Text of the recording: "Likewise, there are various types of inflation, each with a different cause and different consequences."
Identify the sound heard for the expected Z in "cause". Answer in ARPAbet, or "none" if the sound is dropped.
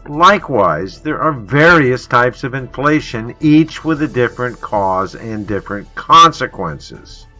Z